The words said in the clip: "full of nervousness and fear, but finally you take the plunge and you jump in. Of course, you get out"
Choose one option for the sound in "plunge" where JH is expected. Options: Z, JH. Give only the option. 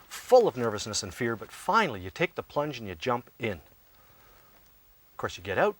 JH